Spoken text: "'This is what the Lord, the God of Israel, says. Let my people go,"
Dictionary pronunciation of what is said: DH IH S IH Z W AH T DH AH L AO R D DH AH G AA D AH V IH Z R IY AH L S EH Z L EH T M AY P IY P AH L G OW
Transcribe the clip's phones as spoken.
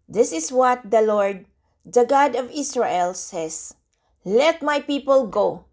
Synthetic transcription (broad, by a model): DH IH S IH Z W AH T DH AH L AO R D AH G AA D AH V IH S R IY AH L S EH S L EH T M AY P IY P AH L G OW